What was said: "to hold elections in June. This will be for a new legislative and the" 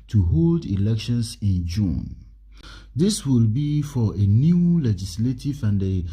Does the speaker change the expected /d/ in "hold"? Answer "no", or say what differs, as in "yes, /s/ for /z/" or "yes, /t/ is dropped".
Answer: no